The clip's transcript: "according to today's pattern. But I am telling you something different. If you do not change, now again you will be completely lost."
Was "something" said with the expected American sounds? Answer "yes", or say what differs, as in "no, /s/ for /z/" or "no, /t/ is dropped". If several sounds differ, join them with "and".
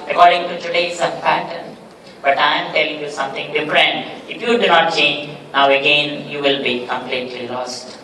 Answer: no, /t/ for /θ/